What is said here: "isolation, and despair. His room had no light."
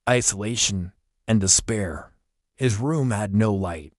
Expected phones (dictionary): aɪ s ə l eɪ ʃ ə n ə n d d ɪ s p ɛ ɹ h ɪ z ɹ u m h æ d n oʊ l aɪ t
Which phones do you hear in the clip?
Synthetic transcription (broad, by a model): aɪ s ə l eɪ ʃ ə n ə n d d ɪ s p ɛ ɹ h ɪ z ɹ u m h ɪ d n oʊ l aɪ t